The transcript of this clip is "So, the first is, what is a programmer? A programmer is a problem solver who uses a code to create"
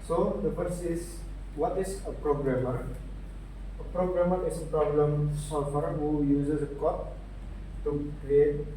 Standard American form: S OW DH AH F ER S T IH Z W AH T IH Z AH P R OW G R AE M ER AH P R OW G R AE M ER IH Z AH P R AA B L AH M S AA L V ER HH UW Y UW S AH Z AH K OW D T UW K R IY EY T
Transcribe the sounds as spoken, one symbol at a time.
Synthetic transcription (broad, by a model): S OW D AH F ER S IH S W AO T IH S AH P R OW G R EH M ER AH P R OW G R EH M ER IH S AH P R AA B L AH M S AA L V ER HH UW Y UW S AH S AH K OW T T UW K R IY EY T